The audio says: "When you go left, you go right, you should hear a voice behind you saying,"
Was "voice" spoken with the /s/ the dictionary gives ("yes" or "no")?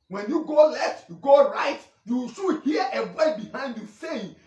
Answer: no